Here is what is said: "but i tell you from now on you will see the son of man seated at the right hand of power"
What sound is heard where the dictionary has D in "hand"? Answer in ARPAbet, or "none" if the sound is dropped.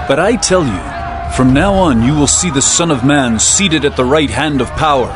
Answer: D